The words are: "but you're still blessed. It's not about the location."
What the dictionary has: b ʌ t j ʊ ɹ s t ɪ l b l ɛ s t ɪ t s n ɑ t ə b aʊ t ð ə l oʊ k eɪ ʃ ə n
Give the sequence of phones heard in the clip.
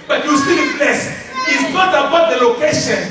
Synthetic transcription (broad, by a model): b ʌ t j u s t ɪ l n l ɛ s ɪ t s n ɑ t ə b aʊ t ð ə l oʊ k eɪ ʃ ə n